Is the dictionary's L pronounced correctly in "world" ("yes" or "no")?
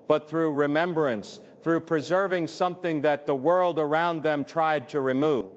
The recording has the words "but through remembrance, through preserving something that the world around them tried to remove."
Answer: yes